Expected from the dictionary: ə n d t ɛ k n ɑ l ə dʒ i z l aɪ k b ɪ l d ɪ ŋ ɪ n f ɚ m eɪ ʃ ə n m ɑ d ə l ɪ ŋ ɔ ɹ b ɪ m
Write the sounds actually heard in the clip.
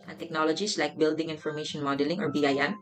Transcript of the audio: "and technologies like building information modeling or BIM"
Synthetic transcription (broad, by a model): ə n t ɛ k n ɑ l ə dʒ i s l aɪ k b ɪ l d ɪ ŋ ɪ n f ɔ m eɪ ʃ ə n m ɑ d ə l ɪ ŋ ɔ ɹ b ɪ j